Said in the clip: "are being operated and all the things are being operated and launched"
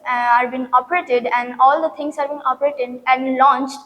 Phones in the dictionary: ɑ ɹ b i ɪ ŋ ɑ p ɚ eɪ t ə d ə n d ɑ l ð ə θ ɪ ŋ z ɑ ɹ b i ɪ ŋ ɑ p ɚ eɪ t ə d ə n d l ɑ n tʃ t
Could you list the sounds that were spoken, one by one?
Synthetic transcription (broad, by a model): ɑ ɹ b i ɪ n ɑ p ɚ eɪ t ə d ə n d ɑ l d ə t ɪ ŋ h ɑ ɹ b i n ɑ p ɚ eɪ t ə d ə n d l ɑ n tʃ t